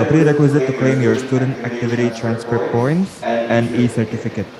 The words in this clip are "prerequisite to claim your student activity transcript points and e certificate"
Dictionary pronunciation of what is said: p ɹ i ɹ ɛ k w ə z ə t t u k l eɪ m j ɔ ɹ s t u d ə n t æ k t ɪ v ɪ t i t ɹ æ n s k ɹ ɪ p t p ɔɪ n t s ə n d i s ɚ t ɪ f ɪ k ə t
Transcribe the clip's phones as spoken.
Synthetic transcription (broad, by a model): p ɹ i ɹ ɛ k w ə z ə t t u k l eɪ m j ɔ ɹ s t u d ə n t æ k t ɪ v ɪ t i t ɹ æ n s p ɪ t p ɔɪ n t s ə n d i s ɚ t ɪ f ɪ k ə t